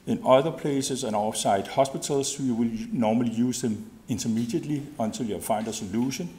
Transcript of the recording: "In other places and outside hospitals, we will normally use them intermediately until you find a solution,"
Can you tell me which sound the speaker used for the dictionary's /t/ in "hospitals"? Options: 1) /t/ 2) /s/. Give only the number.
2